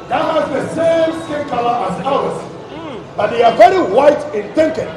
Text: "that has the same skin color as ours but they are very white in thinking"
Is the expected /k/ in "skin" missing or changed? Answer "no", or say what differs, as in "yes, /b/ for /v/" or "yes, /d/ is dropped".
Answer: yes, /k/ is dropped